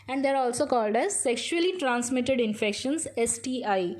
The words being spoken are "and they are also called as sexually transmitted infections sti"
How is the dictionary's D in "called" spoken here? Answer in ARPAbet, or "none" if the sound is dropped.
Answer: D